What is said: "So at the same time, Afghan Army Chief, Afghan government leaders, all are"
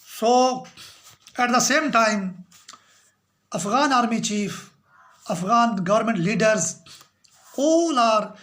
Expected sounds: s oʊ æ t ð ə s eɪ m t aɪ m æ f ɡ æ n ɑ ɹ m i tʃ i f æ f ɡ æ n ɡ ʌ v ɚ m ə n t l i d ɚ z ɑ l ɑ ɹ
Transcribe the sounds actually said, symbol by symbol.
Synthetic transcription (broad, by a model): s oʊ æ t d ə s eɪ m t aɪ m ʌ f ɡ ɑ n ɑ ɹ m i tʃ i f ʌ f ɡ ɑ n ɡ ʌ v ɚ m ə n t l i d ɚ z ɑ l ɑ ɹ